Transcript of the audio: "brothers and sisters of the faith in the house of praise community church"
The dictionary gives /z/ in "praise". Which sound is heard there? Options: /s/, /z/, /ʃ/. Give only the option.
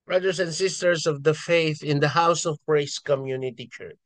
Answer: /s/